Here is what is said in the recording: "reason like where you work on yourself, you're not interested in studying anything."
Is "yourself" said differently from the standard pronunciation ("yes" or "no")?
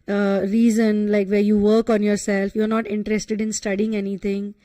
no